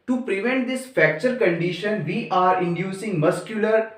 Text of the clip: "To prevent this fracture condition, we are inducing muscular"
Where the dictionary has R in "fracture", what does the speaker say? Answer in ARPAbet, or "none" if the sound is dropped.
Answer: none